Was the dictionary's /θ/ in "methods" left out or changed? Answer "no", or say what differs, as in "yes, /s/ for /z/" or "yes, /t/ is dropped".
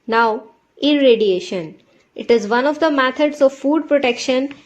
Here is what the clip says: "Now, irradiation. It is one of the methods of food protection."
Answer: yes, /t/ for /θ/